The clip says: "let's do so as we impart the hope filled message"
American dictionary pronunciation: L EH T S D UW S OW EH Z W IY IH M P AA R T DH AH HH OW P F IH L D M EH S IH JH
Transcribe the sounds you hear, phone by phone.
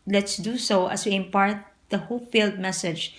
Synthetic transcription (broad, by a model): L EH T S D UW S OW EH S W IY IH M P AA R T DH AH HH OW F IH L D M EH S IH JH